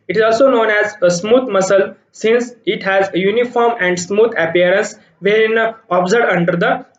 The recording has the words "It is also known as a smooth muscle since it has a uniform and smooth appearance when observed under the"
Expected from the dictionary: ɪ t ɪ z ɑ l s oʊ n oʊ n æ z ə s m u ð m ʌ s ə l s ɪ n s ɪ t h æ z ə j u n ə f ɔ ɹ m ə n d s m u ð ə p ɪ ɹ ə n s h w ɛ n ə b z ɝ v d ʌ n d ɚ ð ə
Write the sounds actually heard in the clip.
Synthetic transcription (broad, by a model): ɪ t ɪ z ɑ l s oʊ n oʊ n æ z ə s m u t m ʌ s ə l s ɪ n s ɪ t h æ z ə j u n ə f ɔ ɹ m ə n d s m u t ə p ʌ ɹ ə n s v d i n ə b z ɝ d ʌ n d ɚ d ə